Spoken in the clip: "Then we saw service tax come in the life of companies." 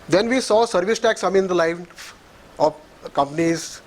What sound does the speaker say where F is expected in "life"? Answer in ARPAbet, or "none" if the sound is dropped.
none